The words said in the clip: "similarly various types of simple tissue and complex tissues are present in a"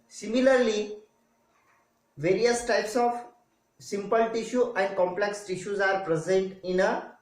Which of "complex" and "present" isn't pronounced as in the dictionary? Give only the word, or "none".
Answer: none